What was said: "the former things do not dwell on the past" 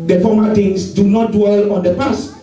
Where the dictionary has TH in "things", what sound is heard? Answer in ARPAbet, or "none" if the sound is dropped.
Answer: T